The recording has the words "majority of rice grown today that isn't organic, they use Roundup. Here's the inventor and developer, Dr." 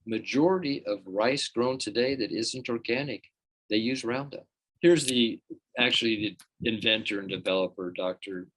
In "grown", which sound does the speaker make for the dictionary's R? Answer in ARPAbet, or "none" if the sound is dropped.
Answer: R